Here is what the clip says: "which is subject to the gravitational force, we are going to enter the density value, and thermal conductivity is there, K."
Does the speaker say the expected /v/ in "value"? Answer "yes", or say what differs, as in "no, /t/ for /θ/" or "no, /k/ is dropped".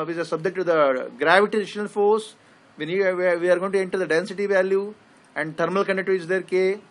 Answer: yes